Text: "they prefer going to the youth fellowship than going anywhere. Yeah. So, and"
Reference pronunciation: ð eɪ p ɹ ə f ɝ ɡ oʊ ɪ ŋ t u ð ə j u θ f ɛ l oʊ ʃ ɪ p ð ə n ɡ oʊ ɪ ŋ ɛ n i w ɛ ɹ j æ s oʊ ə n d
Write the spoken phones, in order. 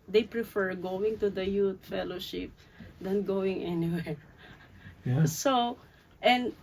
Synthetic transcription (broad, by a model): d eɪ p ɹ ə f ɝ ɡ oʊ ɪ ŋ t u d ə j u t f ɛ l oʊ ʃ ɪ p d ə n ɡ oʊ ɪ ŋ ɛ n i w ɛ ɹ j s oʊ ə n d